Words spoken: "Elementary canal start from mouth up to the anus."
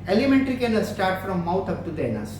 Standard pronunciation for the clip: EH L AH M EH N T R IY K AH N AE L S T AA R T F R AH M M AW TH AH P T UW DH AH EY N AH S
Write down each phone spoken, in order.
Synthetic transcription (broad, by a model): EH L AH M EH N T R IY K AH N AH S T AA R T F R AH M M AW T AH P T UW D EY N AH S